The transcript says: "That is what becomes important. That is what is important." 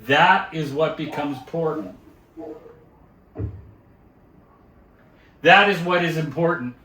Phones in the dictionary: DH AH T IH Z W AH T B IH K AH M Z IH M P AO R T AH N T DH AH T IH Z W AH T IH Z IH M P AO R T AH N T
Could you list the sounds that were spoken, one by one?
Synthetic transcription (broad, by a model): DH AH T IH Z W AH T B IH K AH M Z P AO R T N T DH AH T IH Z W AH T IH Z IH M P AO R T N T